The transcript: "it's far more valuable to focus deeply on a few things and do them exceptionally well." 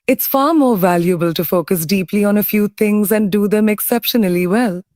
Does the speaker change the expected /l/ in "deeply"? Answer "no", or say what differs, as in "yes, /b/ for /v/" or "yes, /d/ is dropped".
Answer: no